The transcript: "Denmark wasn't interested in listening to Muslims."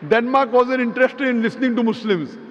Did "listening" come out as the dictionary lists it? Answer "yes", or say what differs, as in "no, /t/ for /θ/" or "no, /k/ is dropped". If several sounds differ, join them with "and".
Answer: yes